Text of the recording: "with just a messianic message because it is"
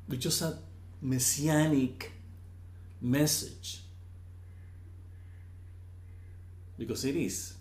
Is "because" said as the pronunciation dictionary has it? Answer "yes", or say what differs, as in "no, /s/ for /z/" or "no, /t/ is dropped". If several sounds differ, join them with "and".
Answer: no, /s/ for /z/